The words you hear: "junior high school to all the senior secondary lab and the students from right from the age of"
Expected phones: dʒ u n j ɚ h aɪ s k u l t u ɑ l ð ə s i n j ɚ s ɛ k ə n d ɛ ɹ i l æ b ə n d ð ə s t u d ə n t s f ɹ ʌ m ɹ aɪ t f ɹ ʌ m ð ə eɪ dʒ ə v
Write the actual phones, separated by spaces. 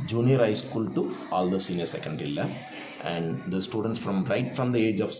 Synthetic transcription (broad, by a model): dʒ u n j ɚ h aɪ s k u l t u ɑ l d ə s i n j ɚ s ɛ k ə n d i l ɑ ə n d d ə s t u d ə n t s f ɹ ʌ m ɹ aɪ t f ɹ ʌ m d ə eɪ dʒ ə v